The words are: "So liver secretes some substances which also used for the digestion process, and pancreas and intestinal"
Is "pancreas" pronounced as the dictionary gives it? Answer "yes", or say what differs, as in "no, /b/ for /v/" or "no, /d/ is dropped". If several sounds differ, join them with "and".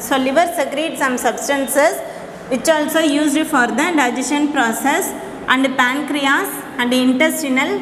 yes